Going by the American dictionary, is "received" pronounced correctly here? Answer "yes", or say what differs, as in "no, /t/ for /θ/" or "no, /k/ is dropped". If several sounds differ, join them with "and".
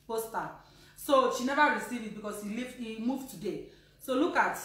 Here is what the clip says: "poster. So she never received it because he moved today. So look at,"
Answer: no, /d/ is dropped